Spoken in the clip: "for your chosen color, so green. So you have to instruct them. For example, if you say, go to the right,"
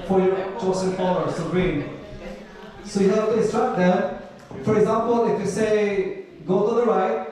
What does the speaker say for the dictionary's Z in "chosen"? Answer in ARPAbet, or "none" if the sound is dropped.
S